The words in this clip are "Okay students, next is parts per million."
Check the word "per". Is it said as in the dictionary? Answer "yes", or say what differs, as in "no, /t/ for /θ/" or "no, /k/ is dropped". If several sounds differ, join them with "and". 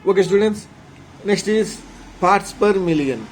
yes